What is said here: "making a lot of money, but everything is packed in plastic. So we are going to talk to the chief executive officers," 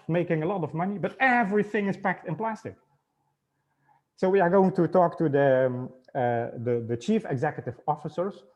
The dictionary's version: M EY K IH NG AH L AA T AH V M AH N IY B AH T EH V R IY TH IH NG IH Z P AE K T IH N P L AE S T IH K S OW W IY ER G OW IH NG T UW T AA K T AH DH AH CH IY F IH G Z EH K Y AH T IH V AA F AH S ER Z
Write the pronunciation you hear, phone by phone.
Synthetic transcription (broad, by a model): M EY K IH NG AH L AA T AH V M AH N IY B AH T EH V R IY TH IH NG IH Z P AE K T IH N P L AE S T IH K S OW W IY ER G OW IH NG T UW T AA K T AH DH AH CH IY F IH G Z EH K Y AH T IH V AA F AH S ER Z